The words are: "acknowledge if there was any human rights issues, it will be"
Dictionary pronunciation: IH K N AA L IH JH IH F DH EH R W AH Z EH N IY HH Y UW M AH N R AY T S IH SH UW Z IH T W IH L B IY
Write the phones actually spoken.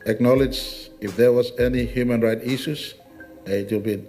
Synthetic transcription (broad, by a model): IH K N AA L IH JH IH F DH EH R W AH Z EH N IY HH Y UW M AH N R AY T IH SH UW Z IH T W IH L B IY